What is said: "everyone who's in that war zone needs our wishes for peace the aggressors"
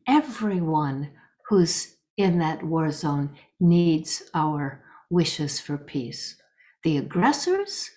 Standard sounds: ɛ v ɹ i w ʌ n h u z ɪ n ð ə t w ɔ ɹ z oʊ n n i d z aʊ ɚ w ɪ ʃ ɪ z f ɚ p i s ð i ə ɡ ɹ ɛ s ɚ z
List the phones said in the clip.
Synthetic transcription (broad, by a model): ɛ v ɹ i w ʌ n h u z ɪ n ð ə t w ɔ ɹ z oʊ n n i d z aʊ ɚ w ɪ ʃ ɪ z f ɚ p i s ð i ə ɡ ɹ ɛ s ɚ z